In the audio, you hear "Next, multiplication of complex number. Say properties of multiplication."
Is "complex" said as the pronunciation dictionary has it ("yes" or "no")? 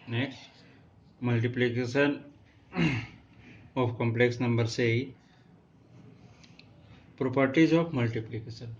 yes